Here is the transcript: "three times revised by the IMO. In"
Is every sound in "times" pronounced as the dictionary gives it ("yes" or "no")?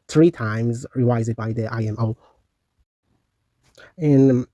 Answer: yes